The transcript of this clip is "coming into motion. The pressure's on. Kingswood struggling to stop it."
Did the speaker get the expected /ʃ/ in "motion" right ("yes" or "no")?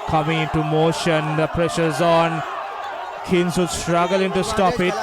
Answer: yes